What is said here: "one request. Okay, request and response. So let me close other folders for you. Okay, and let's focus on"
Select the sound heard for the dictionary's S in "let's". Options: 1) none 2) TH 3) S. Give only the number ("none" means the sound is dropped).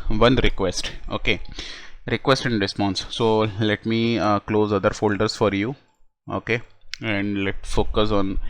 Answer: 1